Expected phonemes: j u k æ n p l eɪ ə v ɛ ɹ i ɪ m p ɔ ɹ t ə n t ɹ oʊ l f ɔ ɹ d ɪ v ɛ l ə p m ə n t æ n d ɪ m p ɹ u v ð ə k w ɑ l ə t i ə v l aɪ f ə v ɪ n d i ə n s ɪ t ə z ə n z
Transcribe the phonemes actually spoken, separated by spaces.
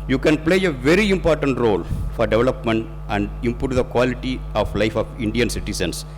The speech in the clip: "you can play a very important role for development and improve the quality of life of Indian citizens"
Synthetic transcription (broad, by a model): j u k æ n p l eɪ ə v ɛ ɹ i ɪ m p ɔ ɹ t ə n t ɹ oʊ l f ɔ ɹ d ɪ v ɛ l ə p m ə n t æ n d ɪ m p u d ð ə k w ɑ l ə t i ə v l aɪ f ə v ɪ n d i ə n s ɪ t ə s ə n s